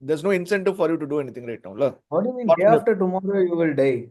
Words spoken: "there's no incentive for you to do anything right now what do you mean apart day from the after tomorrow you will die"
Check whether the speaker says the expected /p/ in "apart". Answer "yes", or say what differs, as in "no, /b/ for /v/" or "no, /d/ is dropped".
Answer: no, /p/ is dropped